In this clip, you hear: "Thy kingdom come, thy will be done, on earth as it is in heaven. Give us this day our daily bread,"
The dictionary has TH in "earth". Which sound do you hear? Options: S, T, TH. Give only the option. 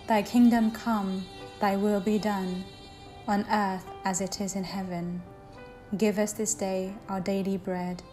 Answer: TH